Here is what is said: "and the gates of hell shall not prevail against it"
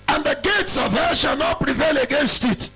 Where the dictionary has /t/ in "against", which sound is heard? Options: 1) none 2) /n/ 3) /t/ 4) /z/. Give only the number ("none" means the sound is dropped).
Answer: 3